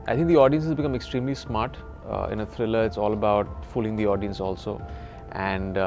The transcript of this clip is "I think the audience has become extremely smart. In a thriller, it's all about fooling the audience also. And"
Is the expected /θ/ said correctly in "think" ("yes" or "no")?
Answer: no